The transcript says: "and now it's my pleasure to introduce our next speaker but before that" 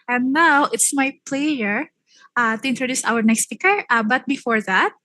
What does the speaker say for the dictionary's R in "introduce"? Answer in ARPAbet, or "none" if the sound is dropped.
R